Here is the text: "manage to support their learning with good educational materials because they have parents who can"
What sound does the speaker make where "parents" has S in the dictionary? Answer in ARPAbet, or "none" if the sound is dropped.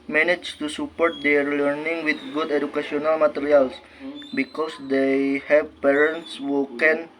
S